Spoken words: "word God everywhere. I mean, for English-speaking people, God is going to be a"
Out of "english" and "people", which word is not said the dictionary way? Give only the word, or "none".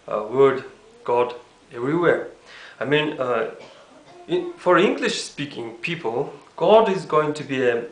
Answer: none